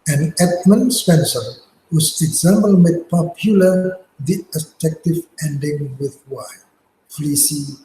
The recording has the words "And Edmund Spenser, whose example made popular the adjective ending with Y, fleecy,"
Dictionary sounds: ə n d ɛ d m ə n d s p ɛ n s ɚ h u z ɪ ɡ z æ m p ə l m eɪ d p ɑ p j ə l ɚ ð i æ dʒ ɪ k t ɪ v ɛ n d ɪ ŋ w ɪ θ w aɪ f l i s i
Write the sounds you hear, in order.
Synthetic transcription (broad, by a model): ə n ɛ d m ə n s p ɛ n s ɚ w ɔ s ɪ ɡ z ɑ m b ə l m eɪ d p ɑ p j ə l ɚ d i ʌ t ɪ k t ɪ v ɛ n d ɪ ŋ w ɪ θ w aɪ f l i s i